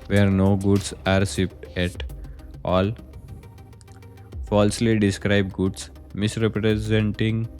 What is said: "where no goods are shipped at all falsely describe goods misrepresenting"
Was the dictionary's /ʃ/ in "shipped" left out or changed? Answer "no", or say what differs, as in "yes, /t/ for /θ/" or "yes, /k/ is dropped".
yes, /s/ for /ʃ/